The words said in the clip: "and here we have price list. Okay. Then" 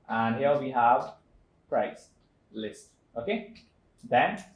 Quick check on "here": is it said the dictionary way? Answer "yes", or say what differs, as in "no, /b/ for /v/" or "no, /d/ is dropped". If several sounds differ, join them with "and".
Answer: no, /l/ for /ɹ/